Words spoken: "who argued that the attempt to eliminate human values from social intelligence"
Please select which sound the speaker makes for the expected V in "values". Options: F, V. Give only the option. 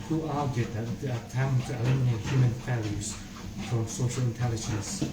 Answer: F